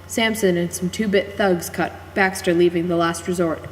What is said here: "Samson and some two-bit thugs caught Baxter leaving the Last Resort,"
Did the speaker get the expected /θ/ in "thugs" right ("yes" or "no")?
yes